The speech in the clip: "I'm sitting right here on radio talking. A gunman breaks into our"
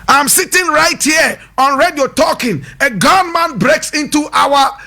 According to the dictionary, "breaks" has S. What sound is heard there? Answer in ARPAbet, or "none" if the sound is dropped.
S